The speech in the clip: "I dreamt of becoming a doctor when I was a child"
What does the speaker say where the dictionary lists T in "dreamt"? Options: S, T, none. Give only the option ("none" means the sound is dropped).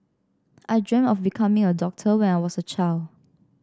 none